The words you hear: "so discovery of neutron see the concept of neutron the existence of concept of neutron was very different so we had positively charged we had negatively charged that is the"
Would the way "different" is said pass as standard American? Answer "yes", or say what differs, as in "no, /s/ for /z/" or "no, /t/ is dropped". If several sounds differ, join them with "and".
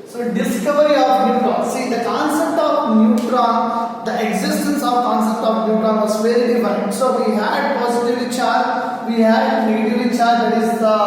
no, /ɹ/ is dropped